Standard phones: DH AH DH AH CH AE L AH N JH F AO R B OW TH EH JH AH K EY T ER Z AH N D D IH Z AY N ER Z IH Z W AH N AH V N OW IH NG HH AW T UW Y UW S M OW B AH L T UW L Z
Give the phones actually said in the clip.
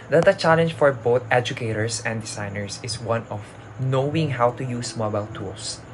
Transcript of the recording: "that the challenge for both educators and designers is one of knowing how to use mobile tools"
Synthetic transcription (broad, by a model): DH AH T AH CH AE L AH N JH F AO R B OW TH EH JH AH K EY T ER S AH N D D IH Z AY N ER S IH S W AH N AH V N OW IH NG HH AW T UW Y UW S M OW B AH L T UW L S